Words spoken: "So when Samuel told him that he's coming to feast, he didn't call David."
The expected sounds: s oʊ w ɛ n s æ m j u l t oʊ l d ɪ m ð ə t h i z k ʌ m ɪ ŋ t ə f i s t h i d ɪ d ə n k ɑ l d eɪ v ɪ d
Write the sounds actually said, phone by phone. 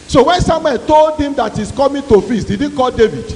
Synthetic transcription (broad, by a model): s oʊ w ɛ n s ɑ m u n t oʊ l d ɪ m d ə t h i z k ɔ m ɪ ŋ t ə f i s t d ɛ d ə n k ɑ l d eɪ v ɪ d